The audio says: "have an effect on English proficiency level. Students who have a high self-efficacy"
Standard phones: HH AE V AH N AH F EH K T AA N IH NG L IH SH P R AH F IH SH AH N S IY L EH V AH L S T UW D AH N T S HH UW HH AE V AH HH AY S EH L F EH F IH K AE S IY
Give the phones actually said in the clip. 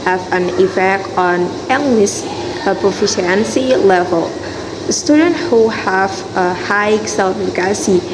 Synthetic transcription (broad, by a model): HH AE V AH N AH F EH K AA N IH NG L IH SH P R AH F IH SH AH N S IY L EH V AH L S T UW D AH N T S HH UW HH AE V AH HH AY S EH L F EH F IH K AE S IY